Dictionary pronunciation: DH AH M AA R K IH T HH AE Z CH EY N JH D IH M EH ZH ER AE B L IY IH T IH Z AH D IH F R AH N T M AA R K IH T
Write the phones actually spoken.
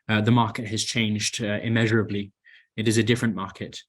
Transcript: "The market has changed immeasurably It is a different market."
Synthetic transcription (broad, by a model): DH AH M AA R K IH T HH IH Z CH EY N JH D IH M EH ZH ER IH B L IY IH T IH Z AH D IH F R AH N M AA R K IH T